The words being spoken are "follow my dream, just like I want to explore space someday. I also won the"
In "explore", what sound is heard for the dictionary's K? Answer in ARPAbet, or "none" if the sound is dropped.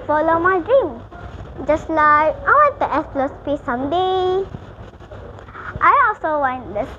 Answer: none